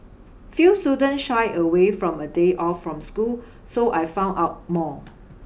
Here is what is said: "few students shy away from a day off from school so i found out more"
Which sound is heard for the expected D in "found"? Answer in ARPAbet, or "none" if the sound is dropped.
none